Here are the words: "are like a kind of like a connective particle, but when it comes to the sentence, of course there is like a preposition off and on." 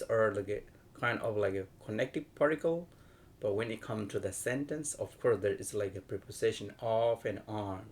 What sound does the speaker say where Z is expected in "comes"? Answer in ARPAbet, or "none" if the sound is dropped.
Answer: none